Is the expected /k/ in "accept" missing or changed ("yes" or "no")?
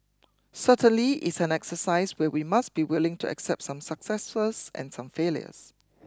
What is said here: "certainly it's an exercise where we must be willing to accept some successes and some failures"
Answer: no